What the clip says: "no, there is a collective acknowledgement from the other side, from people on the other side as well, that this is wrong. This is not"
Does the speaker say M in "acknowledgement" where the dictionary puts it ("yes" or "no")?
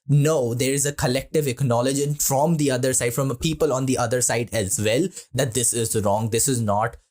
no